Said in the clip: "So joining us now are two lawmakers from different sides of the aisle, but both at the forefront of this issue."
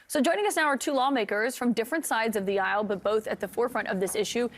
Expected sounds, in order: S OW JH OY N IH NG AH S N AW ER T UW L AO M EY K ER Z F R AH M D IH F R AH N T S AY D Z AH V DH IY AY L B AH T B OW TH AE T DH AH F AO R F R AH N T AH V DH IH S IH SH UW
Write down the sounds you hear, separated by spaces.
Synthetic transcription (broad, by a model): S OW JH OY N IH NG AH S N AW ER T UW L AO M EY K ER Z F R AH M D IH F R AH N T S AY D Z AH V DH IY AY L B AH T B OW TH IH T DH AH F AO R F R AH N T AH V DH IH S IH SH UW